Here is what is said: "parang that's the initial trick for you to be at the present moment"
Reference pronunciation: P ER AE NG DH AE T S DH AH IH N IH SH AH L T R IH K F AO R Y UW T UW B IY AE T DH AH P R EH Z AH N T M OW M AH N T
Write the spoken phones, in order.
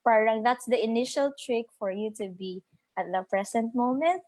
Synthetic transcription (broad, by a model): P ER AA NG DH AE T S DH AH IH N IH SH AH L T R IH K F AO R Y UW T UW B IY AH T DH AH P R EH S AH N T M OW M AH N T